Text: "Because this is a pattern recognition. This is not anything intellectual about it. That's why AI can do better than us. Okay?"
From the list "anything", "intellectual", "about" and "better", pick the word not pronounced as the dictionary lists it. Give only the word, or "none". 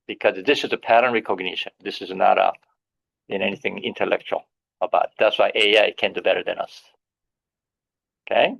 none